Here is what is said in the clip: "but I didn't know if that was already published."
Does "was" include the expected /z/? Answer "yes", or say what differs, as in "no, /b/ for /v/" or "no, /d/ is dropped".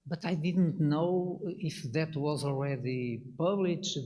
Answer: yes